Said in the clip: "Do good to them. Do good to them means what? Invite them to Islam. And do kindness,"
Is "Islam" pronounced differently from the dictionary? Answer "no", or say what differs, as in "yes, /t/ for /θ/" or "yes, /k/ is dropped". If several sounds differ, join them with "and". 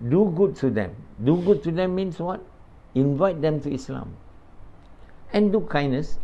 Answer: no